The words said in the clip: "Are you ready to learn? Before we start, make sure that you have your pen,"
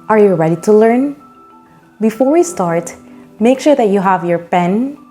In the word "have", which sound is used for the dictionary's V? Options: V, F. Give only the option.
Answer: V